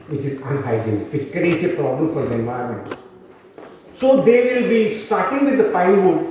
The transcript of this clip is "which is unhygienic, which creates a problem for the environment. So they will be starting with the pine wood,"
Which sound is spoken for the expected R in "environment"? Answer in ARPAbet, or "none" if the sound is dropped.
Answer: none